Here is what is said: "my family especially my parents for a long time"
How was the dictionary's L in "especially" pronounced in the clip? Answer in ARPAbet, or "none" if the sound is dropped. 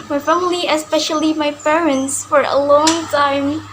L